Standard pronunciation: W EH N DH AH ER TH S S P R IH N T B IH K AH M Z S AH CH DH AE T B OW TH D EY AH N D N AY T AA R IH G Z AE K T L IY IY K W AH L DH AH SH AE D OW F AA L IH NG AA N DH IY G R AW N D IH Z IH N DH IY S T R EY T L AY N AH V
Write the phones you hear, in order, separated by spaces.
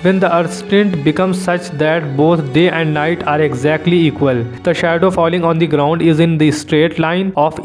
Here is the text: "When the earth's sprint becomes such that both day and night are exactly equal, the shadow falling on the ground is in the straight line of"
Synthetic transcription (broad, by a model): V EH N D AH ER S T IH N T B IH K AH M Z S AH CH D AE T B OW T D EY AH N D N AY T AA R IH G Z AE K T L IY IY K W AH L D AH SH AE D OW F AA L IH NG AA N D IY G R AW N D IH Z IH N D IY S T R EY T L AY N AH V